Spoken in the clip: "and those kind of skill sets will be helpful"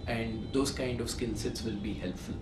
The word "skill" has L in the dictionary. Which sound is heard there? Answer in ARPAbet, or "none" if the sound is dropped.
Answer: N